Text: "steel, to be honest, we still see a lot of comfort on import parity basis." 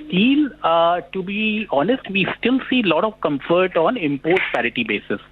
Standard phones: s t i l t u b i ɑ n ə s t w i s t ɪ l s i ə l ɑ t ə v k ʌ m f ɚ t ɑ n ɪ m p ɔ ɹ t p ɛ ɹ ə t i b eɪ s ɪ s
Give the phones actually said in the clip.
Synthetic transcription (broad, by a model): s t i l t u b i ɑ n ə s t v i s t ɪ l s i l ɑ t ə v k ʌ m f ɚ t ɑ n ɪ m p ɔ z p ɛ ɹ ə t i b eɪ s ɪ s